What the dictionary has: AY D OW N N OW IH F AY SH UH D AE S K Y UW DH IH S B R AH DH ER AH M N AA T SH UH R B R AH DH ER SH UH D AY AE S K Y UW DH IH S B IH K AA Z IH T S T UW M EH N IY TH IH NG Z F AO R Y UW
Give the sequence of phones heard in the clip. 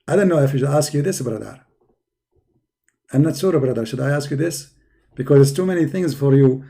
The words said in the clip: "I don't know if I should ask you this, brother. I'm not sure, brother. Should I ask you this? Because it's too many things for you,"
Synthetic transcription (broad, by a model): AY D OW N N OW IH F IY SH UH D AE S K Y UW DH IH S B R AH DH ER AH M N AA T S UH R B R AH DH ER SH UH D AY AE S K Y UW DH IH S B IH K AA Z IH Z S T UW M EH N IY TH IH NG Z F AO R Y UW